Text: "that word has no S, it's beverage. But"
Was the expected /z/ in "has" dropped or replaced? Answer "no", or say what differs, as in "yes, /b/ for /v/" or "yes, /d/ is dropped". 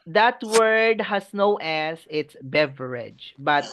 yes, /s/ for /z/